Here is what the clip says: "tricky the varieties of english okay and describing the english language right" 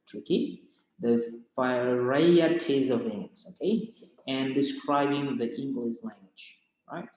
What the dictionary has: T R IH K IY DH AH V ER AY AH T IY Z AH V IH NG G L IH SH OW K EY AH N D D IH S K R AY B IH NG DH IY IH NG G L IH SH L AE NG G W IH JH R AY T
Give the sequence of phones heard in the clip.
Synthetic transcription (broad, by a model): T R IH K IY DH AH F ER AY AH T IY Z AH V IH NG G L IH S OW K EY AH N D D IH S K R AY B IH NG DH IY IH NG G L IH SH L AE NG G W IH JH R AY T